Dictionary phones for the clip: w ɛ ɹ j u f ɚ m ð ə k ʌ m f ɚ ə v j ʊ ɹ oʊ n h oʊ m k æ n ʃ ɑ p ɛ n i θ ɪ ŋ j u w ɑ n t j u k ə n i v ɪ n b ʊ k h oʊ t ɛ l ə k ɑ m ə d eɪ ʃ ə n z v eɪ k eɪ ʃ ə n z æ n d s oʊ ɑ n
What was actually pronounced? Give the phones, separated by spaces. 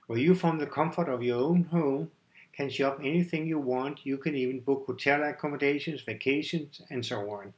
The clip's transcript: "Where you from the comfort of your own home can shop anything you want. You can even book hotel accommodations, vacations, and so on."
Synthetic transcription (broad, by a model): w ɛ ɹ j u f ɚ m ð ə k ʌ m f ɚ ə v j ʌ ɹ oʊ n h oʊ m k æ n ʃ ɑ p ɛ n i θ ɪ ŋ j u w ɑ n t j u k ə n i v ɪ n b ʊ k h oʊ t ɛ l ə k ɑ m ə d eɪ ʃ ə n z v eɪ k eɪ ʃ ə n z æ n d s oʊ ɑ n